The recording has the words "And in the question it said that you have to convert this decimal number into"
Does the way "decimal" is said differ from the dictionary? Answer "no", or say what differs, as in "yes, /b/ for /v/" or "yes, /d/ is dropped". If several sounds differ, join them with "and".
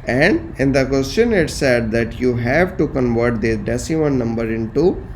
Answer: yes, /n/ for /l/